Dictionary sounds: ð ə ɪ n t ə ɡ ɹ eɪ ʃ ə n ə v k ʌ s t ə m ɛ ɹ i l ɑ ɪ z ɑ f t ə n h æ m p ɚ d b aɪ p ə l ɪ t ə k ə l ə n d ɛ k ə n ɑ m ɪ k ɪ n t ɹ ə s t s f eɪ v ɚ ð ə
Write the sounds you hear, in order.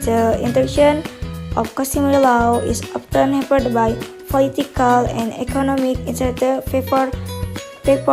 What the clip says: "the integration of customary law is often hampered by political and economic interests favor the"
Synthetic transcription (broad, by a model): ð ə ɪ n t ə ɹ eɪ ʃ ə n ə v k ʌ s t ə m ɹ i l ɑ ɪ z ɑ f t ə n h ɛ p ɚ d b aɪ p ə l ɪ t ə k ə l ə n d ɛ k ə n ɑ m ɪ k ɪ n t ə t f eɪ f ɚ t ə